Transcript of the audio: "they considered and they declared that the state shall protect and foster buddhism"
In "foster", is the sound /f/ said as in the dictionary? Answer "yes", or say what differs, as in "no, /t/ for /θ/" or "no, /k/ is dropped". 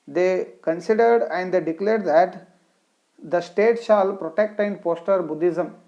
no, /p/ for /f/